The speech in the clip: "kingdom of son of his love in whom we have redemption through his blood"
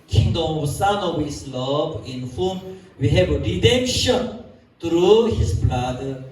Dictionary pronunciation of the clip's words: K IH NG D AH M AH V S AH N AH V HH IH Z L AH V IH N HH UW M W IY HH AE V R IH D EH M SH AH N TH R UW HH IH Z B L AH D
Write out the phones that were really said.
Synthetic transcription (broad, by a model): K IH NG D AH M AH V S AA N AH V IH S L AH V IH N HH UW M W IY HH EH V R IH D EH M SH AH N T R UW HH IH S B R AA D